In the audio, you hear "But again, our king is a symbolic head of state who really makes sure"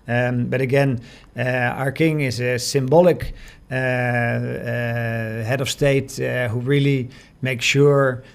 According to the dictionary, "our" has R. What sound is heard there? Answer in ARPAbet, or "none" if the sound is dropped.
R